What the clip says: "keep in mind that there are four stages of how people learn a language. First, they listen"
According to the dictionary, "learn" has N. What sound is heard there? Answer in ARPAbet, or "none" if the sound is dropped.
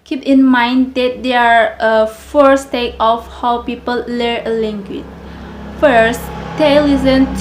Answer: none